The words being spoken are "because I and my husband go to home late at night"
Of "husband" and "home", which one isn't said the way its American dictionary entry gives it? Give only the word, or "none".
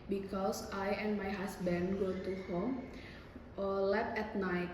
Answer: husband